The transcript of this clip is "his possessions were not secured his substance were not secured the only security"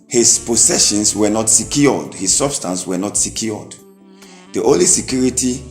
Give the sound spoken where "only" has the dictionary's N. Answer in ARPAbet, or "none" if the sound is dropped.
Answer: none